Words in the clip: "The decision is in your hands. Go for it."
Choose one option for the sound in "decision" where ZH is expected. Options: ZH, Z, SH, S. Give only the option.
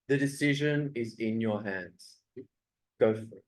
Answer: ZH